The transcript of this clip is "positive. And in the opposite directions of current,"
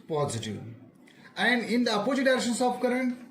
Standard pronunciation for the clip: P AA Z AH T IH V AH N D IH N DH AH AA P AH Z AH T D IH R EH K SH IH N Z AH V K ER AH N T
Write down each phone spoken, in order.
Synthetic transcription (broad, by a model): P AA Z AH T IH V AH N D IH N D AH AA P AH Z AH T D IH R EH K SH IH N S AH P K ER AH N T